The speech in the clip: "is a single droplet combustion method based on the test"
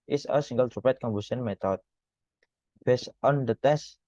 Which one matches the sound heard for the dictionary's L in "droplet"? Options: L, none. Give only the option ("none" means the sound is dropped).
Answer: none